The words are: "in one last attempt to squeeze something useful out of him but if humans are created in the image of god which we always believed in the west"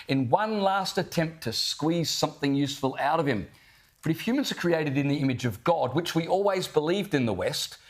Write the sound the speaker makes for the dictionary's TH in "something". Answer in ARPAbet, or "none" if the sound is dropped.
TH